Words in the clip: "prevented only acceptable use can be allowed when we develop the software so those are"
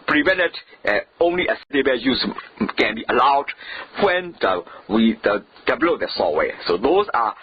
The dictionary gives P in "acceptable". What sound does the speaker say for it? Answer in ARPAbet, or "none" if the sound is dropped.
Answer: none